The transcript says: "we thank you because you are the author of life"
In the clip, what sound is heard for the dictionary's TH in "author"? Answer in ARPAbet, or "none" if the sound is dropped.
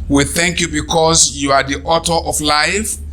T